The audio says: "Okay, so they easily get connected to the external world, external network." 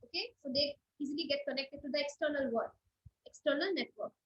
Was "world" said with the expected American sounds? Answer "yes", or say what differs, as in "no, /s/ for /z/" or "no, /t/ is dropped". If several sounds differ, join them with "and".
no, /l/ is dropped